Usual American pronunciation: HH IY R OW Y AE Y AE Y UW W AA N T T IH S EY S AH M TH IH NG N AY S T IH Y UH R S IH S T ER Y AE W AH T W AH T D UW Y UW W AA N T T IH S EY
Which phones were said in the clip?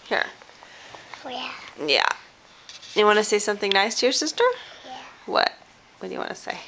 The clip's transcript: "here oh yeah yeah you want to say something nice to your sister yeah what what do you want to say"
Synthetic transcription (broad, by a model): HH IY R Y AE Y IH W AA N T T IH S EY S AH M TH IH NG N AY S T IH Y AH R S IH S T ER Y W AH T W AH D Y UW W AA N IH S EY